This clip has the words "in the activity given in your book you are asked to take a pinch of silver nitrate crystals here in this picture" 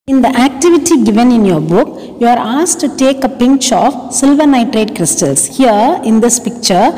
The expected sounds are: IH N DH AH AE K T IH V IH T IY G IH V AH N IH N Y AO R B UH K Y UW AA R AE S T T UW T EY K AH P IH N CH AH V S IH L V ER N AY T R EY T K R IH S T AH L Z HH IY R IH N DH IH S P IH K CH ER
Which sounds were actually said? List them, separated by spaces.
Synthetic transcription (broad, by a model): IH N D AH AE K T IH V IH T IY G IH V AH N IH N Y AO R B UH K Y UW AA R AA S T T UW T EY K AH P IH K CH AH F S IH L V ER N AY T R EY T K R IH S T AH L S HH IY R IH N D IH S P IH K CH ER